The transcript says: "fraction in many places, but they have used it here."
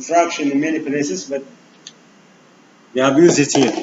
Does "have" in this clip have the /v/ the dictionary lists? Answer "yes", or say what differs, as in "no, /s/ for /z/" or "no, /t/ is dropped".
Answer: no, /b/ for /v/